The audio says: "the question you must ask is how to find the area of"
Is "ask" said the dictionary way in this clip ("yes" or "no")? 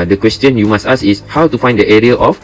no